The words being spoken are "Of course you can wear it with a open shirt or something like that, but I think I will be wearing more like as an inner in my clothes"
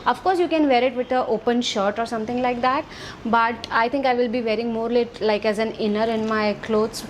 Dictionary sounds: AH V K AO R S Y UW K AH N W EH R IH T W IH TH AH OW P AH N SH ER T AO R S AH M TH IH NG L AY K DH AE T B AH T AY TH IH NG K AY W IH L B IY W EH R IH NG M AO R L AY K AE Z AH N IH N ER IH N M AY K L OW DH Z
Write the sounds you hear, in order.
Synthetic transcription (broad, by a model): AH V K AO R S Y UW K AH N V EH R IH T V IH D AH OW P AH N SH ER T AO R S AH M T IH NG L AY K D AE T B AH T AY T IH NG K AY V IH L B IY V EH R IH NG M AO R L AY K AE Z AH N IH N ER IH N M AY K L OW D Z